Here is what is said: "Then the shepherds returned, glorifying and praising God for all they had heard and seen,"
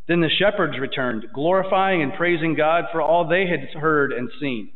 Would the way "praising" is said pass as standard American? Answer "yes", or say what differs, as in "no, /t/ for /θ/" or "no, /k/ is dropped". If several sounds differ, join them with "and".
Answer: yes